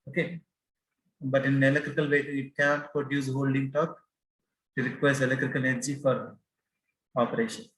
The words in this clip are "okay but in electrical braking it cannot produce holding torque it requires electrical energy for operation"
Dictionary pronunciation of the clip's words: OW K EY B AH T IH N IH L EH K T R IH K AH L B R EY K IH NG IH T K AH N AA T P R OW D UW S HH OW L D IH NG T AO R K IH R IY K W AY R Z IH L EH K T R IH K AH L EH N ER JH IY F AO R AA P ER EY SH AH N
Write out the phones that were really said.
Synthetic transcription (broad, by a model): OW K EY B AH T IH N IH L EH K T R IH K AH L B EY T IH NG IH T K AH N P R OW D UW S HH OW L D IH NG T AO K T IH R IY K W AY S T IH L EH K T R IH K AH L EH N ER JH IY F AO R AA P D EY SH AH N